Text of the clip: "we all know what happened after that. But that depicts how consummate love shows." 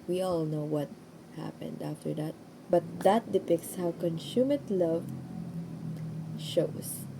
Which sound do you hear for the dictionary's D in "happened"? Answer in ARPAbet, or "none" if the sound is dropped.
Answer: D